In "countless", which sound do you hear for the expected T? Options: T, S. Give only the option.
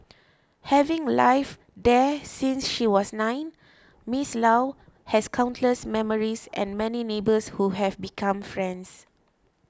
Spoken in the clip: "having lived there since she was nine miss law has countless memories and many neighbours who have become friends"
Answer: T